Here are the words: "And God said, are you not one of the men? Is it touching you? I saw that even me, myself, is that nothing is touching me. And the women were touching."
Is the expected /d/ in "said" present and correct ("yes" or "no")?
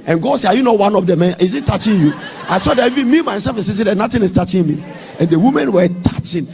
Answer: no